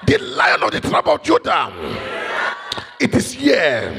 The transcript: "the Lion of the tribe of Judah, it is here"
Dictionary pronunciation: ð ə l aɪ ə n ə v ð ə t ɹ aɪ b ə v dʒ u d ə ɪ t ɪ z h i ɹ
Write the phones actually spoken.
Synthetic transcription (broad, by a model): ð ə l aɪ ə n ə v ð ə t ɹ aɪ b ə dʒ u d ə ɪ t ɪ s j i